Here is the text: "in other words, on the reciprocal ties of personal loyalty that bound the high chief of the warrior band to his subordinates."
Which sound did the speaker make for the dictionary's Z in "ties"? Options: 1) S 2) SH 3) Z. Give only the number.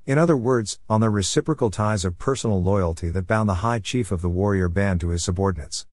3